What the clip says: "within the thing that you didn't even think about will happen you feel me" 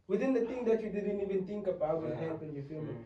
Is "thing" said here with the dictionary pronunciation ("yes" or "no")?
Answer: no